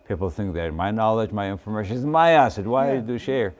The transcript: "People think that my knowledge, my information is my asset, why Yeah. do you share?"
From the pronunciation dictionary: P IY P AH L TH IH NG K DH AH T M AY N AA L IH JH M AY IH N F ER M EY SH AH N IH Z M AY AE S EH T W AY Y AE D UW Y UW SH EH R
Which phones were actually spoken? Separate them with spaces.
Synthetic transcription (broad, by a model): P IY P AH L TH IH NG K DH AH T M AY N AA L IH JH M AY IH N F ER M EY SH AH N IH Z M AY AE S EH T W AY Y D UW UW SH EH R